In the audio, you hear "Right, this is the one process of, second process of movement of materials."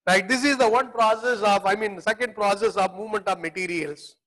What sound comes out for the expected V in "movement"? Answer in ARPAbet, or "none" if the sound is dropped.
V